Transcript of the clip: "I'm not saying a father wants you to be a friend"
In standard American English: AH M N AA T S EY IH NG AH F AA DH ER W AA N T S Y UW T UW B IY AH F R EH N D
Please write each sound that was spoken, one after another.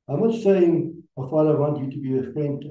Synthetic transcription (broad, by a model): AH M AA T S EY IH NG AH F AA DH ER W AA N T Y UW T UW B IY AH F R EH N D